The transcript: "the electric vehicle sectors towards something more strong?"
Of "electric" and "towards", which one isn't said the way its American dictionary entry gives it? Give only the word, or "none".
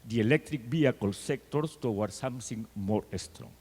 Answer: towards